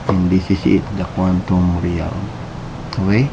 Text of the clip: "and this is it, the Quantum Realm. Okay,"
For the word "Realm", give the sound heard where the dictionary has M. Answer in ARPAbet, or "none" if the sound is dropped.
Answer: none